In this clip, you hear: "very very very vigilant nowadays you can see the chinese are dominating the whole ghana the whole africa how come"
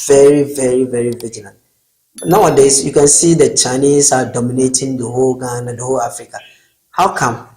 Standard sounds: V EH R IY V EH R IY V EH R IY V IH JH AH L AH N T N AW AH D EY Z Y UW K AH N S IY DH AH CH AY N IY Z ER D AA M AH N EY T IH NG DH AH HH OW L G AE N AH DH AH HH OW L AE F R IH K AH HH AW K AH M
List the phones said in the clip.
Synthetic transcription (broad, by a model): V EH R IY V EH R IY V EH R IY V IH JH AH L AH N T N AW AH D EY S Y UW K AH N S IY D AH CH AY N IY S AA D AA M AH N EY T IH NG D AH HH OW L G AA N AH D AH HH OW L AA F R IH K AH HH AW K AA M